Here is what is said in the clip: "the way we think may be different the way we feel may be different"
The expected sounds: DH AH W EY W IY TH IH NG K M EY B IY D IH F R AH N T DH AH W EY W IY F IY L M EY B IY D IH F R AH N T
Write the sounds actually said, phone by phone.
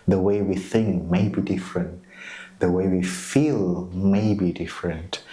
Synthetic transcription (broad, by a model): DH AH W EY W IY TH IH NG K M EY B IY D IH F R AH N T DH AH W EY W IY F IY L M EY B IY D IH F R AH N T